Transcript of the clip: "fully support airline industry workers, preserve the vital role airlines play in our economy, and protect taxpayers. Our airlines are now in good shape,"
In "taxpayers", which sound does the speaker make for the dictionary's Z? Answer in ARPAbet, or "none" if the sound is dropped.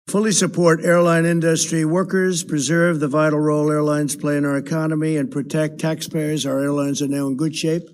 Z